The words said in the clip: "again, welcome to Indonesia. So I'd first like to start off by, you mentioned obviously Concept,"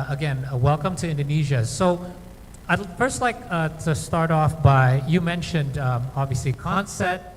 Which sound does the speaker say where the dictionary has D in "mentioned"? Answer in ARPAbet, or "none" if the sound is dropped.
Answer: D